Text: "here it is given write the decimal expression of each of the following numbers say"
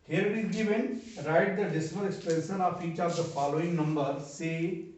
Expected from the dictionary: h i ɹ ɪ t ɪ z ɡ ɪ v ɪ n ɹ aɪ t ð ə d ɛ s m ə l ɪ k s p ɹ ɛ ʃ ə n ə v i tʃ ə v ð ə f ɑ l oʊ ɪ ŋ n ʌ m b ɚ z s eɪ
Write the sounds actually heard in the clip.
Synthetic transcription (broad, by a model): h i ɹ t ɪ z ɡ ɪ v ɪ n ɹ aɪ t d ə d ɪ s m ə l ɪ k s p ɛ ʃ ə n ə f i tʃ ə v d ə f ɑ l oʊ ɪ ŋ n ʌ m b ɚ s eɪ